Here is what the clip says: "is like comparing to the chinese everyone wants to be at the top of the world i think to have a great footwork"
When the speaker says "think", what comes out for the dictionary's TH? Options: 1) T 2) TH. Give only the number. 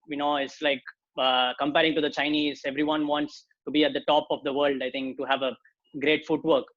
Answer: 1